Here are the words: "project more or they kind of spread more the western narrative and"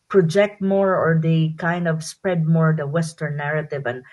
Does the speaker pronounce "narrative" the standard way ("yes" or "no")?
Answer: yes